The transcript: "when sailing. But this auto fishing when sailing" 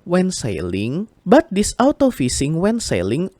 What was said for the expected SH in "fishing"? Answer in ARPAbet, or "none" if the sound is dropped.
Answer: S